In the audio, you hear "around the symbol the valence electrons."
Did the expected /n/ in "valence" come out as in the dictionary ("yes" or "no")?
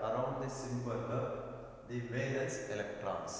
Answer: no